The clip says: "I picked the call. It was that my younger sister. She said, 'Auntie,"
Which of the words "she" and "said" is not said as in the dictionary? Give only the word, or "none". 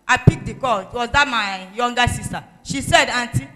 none